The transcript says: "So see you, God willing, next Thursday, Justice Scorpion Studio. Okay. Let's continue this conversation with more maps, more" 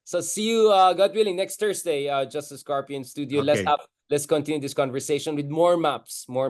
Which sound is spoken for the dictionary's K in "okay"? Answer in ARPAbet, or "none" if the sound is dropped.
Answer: none